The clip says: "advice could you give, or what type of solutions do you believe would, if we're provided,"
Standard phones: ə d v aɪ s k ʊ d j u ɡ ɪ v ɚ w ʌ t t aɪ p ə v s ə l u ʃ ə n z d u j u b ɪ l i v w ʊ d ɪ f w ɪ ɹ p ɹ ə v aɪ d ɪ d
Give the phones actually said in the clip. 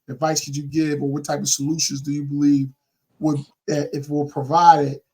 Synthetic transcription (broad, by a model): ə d v aɪ s k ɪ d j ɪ ɡ ɪ v ɚ w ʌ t t aɪ p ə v s ə l u ʃ ə n z d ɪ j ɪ b ɪ l i v w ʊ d ɪ f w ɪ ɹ p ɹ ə v aɪ d ɪ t